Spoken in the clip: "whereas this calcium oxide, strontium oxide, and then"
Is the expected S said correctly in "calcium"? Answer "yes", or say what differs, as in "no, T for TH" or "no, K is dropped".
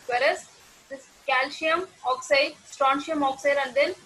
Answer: no, SH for S